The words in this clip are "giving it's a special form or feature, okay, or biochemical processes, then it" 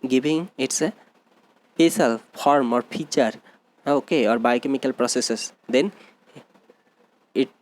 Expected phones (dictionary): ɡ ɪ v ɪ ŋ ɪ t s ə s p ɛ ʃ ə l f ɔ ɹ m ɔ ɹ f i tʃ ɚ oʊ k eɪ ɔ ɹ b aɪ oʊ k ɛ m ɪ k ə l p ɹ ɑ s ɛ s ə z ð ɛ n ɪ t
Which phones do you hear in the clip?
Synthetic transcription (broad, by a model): ɡ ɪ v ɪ ŋ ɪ t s ə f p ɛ s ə l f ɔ ɹ m ɔ ɹ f i tʃ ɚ oʊ k eɪ ɔ ɹ b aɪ k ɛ m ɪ k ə l p ɹ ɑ s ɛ s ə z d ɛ n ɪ t